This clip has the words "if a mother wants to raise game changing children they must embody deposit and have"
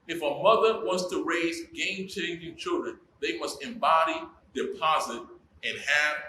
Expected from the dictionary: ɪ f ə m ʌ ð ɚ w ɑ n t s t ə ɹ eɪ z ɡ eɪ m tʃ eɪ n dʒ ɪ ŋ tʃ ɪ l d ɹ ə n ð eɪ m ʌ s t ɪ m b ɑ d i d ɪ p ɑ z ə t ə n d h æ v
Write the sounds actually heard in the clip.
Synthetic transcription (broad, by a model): ɪ f ə m ʌ ð ɚ w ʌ n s t ə ɹ eɪ z ɡ eɪ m tʃ eɪ n dʒ ɪ ŋ tʃ ɪ l d ɹ ə n ð eɪ m ʌ s t ɪ m b ɑ d i d ɪ p ɑ z ə t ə n h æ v